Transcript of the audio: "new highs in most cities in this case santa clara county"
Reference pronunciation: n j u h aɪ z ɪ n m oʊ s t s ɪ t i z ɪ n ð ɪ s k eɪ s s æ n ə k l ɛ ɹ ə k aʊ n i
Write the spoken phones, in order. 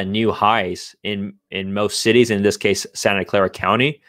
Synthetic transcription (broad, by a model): n j u h aɪ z ɪ n m oʊ s t s ɪ t i z ɪ n ð ɪ s k eɪ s s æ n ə k l ɛ ɹ ə k aʊ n i